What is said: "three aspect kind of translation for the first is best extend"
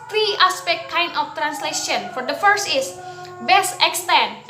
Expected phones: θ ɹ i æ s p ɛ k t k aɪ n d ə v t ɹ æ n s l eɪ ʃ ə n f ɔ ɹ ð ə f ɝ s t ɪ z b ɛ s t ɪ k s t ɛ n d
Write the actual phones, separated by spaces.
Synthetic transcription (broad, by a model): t ɹ i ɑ s p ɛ k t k aɪ n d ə f t ɹ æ n s l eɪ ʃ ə n f ɔ ɹ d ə f ɝ s t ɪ s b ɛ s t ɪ k s t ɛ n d